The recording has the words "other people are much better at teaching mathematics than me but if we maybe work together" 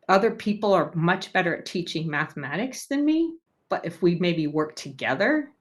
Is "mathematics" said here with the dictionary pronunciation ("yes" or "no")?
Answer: yes